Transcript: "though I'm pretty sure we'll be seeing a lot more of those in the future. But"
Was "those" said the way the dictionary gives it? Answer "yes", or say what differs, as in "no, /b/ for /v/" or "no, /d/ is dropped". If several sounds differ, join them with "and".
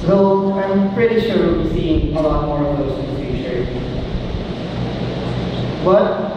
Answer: no, /z/ is dropped